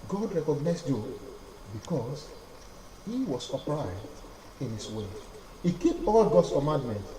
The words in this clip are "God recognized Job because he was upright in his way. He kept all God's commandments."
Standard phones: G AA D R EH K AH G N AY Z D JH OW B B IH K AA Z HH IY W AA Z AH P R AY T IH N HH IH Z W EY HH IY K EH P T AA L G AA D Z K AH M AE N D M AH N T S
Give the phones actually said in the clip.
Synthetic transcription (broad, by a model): G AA D R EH K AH G N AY S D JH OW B B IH K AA S HH IY W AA S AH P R AY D IH N HH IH S W EY HH IY K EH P AA L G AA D S K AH M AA N D M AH N T